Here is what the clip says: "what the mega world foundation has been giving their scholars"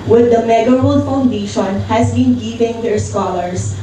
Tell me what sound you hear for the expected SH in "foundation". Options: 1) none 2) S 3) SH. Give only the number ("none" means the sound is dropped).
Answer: 3